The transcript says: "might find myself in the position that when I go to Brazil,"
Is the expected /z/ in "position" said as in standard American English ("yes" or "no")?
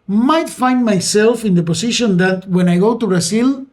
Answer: no